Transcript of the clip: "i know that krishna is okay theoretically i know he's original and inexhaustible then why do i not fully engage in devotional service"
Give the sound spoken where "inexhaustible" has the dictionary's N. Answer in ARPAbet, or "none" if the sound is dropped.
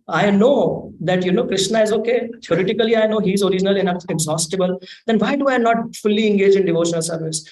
none